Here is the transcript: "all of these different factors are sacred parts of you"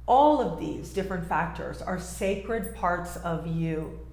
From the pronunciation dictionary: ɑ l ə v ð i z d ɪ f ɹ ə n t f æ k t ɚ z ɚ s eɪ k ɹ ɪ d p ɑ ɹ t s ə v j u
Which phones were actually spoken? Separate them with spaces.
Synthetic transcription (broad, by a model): ɑ l ə v ð i z d ɪ f ɹ ə n t f æ k t ɚ z ɚ s eɪ k ɹ ɪ d p ɑ ɹ t s ə v j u